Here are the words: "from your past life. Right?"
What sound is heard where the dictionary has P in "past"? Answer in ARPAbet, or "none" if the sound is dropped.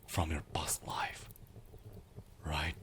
B